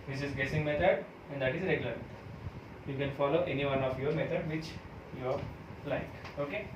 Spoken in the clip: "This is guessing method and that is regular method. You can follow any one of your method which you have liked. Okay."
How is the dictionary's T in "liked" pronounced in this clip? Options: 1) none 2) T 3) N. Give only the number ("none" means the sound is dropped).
1